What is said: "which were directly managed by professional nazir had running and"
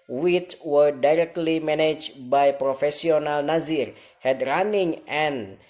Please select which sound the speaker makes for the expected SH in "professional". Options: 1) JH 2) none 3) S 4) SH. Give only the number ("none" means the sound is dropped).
3